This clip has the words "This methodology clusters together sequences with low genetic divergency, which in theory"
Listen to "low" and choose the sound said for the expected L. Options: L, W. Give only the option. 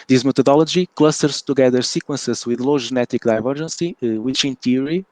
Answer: L